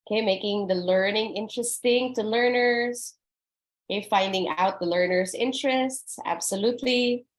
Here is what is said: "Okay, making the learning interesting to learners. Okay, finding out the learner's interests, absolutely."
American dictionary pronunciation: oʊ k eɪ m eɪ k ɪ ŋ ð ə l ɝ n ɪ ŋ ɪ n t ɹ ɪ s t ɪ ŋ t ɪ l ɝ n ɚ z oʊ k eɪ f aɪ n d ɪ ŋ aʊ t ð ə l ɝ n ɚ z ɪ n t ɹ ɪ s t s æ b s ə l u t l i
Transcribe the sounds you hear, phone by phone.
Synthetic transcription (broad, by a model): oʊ k eɪ m eɪ k ɪ ŋ ð ə l ɝ n ɪ ŋ ɪ n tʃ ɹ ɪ s t ɪ ŋ t ɪ l ɝ n ɚ z oʊ k eɪ f aɪ n d ɪ ŋ aʊ t ð ə l ɝ n ɚ z ɪ n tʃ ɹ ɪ s t s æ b s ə l u t l i